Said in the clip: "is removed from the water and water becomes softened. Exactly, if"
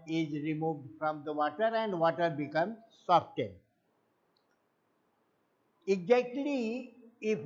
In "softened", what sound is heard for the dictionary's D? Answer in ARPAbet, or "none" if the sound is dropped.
none